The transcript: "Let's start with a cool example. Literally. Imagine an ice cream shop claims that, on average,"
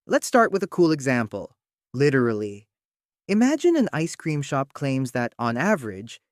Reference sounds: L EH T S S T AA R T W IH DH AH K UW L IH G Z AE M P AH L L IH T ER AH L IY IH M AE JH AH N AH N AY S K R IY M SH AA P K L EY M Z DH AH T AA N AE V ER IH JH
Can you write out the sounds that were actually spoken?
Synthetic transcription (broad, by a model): L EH T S S T AA R T W IH DH AH K UW L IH G Z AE M P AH L L IH T ER L IY IH M AE JH AH N AH N AY S K R IY M SH AA P K L EY M Z DH AH T N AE V ER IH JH